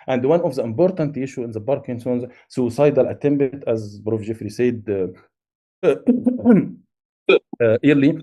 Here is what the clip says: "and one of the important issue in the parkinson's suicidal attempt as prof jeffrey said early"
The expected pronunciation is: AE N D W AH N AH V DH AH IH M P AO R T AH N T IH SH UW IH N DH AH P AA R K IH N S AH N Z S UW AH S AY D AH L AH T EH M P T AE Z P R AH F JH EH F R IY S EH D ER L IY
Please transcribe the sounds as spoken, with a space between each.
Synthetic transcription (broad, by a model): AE N D W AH N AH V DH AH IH M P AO R T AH N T IH SH UW IH N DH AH B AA R K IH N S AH N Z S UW S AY D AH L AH T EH M B T AE Z B R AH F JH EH F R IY S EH D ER L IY